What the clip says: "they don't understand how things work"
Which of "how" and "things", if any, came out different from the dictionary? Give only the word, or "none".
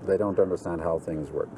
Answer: none